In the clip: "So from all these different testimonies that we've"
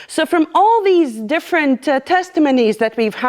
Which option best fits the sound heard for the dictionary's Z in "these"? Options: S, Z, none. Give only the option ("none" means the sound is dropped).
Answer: Z